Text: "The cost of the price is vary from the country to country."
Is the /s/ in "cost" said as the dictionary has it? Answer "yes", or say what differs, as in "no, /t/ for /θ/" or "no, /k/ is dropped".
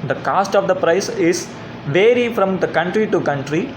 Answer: yes